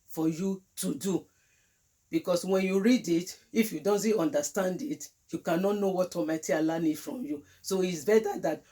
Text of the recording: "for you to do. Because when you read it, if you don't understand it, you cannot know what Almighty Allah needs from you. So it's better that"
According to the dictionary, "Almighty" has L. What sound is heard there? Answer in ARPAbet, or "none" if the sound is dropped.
none